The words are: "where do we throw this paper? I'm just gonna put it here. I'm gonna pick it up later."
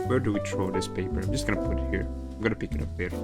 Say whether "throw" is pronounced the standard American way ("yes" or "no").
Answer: no